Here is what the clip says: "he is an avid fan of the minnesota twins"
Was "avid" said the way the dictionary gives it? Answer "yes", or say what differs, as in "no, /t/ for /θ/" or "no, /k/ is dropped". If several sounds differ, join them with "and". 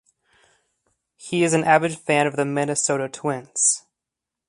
no, /b/ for /v/